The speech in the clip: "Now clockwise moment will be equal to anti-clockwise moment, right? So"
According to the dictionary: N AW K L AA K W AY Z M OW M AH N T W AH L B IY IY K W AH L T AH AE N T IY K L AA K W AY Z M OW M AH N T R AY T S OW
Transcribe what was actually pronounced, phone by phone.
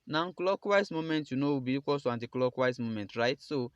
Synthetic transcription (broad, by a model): N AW K L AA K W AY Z M OW M AH N T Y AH N B IY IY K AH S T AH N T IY K L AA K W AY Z M OW M AH N T R AY T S OW